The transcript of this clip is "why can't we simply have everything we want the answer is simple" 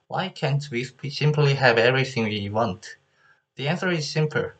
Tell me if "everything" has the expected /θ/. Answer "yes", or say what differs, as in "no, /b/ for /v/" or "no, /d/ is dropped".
yes